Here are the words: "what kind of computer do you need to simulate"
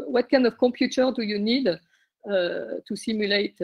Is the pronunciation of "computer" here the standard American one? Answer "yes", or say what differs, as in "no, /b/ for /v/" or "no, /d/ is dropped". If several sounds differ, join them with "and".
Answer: no, /m/ is dropped